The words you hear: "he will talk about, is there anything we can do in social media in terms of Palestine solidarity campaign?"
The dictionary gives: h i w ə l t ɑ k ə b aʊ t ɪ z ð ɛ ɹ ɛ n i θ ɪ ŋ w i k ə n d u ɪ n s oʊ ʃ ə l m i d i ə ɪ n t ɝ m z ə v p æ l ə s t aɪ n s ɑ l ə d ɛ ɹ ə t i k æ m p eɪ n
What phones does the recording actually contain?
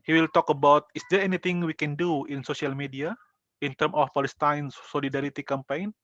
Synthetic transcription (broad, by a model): h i w ə l t ɑ k ə b aʊ t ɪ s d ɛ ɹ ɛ n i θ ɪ ŋ w i k ə n d u ɪ n s oʊ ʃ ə l m i d i ə ɪ n t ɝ m ə f p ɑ l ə s t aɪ n s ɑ l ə d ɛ ɹ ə t i k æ m p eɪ n